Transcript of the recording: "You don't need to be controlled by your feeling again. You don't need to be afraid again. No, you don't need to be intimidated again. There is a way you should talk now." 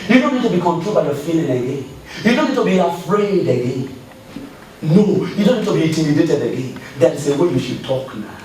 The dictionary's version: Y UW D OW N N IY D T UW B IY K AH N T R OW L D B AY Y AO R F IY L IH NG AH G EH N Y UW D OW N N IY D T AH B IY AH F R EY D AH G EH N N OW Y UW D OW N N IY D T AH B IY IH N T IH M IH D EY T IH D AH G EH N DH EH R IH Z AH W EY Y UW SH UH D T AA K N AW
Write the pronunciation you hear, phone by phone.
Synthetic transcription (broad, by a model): Y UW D OW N N IY D T UW B IY K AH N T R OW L B AY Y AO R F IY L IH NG AH G EH N Y UW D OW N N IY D T AH B IY AH F R EY D AH G EH N N OW Y UW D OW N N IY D T AH B IY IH T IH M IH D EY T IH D AH G EH N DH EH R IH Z AH W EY Y UW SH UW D T AA K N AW